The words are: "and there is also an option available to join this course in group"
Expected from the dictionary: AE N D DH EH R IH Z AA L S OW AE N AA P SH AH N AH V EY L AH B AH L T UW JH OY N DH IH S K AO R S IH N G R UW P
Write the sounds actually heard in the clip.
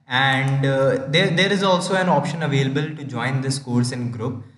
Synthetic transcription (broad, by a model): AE N D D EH R IH Z AA L S OW AE N AA P SH AH N AH V EY L AH B AH L T UW JH OY N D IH S K AO R S IH N G R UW P